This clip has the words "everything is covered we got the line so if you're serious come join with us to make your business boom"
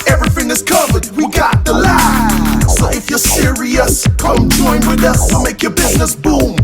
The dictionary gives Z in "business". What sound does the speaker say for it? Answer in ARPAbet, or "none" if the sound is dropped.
Z